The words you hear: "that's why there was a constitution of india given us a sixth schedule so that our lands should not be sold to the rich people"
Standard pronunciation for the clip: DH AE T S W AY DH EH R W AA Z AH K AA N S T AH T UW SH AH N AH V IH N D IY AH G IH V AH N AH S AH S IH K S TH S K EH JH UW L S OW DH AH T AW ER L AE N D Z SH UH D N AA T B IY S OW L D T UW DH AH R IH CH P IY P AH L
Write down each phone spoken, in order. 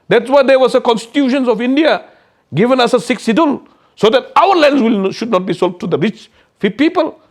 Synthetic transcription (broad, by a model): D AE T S W AY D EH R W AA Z AH K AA N S T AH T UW SH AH N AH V IH N D IY AH G IH V AH N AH S AH S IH K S S IY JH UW L S OW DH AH T AW ER L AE N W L SH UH D N AA T B IY S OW L T UW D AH R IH CH P IY P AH L